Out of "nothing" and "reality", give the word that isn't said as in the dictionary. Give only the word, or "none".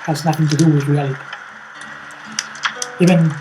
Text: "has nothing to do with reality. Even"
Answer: none